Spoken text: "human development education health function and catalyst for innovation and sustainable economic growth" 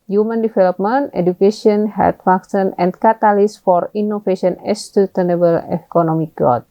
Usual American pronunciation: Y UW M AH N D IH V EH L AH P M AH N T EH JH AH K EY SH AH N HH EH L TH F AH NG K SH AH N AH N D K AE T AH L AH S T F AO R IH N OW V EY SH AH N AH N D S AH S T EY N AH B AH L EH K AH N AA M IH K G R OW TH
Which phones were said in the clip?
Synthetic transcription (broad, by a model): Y UW M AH N D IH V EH L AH P M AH N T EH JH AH K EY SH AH N HH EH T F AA K S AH N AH N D K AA T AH L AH S F AO R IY N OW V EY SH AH N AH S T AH T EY N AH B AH L EH K AH N AA M IH K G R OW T